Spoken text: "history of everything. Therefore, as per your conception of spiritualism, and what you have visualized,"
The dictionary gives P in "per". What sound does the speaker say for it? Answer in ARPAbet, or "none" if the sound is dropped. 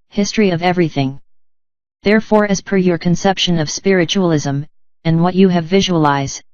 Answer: P